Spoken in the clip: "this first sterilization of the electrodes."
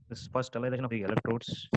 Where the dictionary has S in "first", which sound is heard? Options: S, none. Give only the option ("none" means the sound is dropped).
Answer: none